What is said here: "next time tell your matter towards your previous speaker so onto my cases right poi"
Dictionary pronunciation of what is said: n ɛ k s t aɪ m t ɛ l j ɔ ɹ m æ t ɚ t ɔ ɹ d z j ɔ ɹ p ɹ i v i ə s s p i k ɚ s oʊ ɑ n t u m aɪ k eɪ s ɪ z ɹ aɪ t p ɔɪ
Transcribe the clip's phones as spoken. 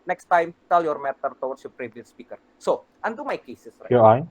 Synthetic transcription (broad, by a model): n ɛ k s t aɪ m t ɛ l j ɔ ɹ m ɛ t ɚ t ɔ w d s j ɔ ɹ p ɹ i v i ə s s p i k ɚ s oʊ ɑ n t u m aɪ k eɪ s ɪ s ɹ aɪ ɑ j